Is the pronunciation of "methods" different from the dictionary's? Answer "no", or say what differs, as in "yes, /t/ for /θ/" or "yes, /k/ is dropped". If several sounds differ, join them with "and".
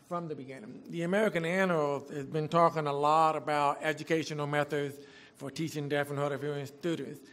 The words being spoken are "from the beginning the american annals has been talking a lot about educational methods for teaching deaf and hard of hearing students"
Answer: no